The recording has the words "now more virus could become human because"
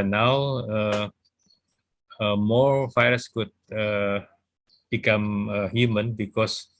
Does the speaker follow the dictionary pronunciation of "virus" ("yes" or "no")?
no